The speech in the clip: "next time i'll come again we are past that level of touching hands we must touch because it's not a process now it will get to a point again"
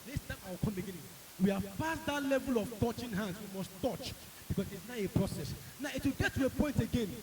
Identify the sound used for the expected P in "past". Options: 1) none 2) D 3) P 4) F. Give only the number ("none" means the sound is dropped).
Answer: 4